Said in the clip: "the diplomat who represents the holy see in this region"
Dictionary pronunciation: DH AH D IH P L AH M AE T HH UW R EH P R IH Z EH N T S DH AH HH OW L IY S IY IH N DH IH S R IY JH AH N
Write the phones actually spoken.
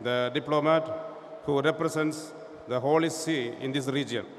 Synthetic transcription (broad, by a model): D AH D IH P L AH M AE T HH UW R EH P R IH S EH N T S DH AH HH OW L IY S IY IH N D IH S R IY JH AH N